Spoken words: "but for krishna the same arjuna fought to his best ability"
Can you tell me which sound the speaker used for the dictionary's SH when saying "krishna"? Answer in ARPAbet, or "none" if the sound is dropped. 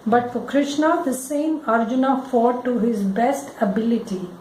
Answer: SH